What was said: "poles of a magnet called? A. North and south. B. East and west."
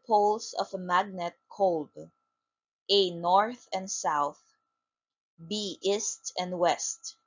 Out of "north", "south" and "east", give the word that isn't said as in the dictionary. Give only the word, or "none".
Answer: none